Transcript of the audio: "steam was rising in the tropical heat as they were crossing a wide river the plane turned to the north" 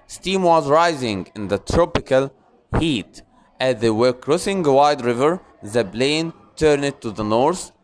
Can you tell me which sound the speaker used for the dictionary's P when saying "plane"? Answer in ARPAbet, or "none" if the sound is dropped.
B